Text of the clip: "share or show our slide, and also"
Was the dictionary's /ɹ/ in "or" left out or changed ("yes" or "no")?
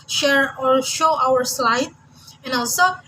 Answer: no